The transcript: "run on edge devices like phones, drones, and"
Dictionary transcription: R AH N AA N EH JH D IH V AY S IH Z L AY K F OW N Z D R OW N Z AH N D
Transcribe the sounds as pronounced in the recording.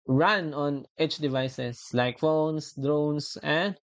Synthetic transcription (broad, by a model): R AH N AA N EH CH D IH V AY S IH S L AY K F OW N S D R OW N S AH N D